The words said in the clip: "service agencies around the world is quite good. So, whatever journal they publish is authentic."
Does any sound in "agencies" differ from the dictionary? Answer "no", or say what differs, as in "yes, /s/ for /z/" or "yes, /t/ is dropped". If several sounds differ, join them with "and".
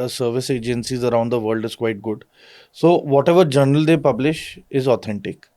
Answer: no